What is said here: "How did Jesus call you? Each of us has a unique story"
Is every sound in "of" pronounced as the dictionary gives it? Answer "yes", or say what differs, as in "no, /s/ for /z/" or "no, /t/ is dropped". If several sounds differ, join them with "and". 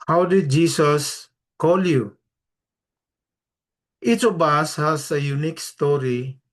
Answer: no, /b/ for /v/